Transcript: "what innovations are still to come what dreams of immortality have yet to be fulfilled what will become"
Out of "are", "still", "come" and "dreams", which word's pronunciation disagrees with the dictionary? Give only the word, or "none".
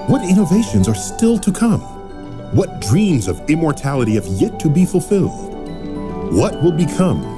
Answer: none